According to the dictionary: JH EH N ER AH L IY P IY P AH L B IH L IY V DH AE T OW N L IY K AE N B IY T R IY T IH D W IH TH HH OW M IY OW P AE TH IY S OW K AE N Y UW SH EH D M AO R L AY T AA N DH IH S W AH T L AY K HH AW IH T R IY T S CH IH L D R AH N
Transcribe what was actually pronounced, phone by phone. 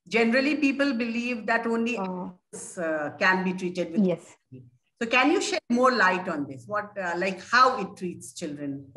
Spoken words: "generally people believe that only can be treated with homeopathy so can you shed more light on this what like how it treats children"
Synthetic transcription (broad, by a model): JH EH N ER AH L IY P IY P AH L B IH L IY V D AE T OW N L IY K AE N B IY T R IY T IH D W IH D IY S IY S OW K AE N Y UW SH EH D M AO R L AY T AA N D IH S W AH T L AY K HH AW IH T R IY T S CH IH L D R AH N